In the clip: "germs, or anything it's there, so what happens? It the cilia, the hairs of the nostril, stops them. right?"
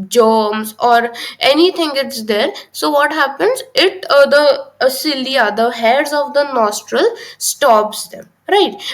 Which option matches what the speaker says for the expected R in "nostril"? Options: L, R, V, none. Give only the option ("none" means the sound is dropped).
R